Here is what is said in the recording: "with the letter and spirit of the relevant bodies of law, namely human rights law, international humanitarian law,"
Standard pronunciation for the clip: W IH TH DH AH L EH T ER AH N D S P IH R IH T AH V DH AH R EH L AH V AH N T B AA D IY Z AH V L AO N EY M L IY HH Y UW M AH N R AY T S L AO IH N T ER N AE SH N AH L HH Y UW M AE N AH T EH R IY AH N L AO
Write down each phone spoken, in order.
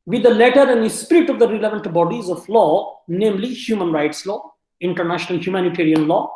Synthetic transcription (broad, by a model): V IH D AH L EH T ER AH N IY S P IH R IH T AH V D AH R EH L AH V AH N T B AA D IY Z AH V L AO N EY M L IY HH Y UW M AH N R AY T S L AO IH N T ER N AE SH N AH L HH Y UW M AE N AH T EH R IY AH N L AO